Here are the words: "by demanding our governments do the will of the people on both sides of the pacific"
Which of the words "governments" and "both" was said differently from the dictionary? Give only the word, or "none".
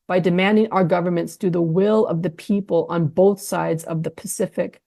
none